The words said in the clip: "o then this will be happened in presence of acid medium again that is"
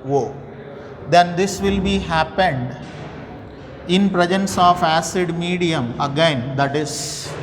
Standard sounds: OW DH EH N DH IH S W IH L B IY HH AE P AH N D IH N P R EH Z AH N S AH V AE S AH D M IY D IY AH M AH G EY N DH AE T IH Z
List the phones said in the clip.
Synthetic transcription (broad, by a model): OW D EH N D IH S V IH L B IY HH AE P AH N D IH N P R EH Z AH N S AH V AE S AH D M IY D IY AH M AH G EY N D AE T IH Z